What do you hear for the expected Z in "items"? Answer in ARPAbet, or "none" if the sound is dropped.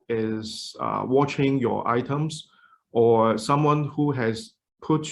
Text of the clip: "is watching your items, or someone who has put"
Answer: S